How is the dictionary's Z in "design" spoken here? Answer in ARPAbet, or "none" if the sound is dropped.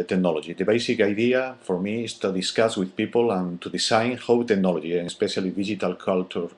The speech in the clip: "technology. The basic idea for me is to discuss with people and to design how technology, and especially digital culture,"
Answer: S